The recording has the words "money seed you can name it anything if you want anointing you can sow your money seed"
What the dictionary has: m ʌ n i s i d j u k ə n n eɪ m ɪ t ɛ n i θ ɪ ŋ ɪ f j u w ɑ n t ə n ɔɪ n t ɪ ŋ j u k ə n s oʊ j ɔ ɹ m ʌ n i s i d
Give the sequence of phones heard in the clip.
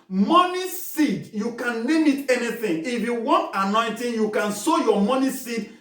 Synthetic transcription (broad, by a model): m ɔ n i s i d j u k ə n l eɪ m ɪ t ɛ n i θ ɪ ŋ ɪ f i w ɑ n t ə n ɔɪ n t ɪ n j u k ə n s oʊ j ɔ m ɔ n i s i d